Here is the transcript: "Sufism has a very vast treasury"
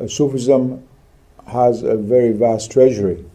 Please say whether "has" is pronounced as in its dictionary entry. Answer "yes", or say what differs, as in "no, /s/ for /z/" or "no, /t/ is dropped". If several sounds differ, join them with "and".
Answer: yes